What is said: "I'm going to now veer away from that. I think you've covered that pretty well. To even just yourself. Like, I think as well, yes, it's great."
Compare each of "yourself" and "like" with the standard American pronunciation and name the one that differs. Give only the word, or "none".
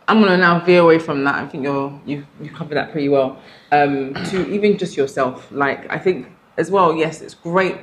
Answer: none